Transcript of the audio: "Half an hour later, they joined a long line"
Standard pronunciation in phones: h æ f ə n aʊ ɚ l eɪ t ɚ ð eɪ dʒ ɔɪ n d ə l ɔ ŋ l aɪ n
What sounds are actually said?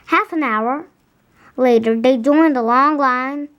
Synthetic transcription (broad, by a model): h æ f ə n aʊ ɚ l eɪ t ɚ ð eɪ dʒ ɔɪ n d ə l ɔ ŋ l aɪ n